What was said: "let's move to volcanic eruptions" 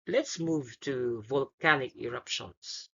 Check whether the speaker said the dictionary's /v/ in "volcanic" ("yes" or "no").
yes